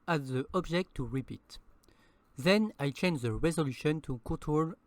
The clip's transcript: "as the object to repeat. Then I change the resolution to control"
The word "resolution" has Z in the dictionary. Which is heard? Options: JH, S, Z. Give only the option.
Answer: Z